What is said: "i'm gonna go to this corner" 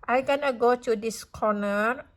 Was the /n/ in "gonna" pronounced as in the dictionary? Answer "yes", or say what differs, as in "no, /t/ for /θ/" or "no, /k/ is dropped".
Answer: yes